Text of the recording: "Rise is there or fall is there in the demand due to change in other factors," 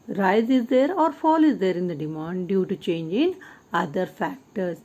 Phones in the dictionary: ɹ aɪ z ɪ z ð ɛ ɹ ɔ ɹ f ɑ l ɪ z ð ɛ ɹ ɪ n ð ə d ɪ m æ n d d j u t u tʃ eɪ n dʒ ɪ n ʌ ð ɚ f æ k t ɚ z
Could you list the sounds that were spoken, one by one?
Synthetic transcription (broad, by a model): ɹ aɪ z ɪ z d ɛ ɹ ɔ ɹ f ɑ l ɪ z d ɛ ɹ ɪ n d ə d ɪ m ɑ n d d j u t u tʃ eɪ n dʒ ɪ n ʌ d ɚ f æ k t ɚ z